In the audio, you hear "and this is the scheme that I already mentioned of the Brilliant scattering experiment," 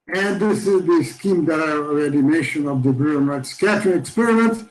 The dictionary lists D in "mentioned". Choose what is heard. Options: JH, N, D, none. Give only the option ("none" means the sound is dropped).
none